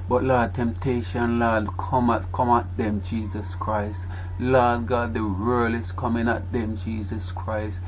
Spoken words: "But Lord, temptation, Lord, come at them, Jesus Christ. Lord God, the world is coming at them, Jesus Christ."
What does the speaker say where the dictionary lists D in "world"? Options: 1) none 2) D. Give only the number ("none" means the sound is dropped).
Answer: 1